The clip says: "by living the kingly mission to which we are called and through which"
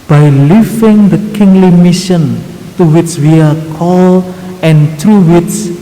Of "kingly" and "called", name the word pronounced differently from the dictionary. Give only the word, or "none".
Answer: called